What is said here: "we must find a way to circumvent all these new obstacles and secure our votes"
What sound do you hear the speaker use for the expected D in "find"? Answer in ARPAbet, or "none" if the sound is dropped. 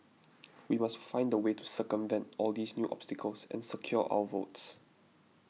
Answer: D